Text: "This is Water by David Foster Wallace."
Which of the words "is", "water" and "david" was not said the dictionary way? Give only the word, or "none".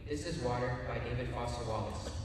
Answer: none